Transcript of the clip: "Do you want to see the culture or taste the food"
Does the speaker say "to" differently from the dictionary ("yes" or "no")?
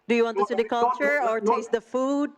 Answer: yes